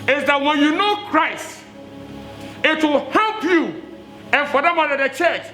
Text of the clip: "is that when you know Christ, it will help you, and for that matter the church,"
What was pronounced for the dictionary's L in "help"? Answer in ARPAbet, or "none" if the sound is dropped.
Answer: L